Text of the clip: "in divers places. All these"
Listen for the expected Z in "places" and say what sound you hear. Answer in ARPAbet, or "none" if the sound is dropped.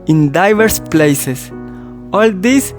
S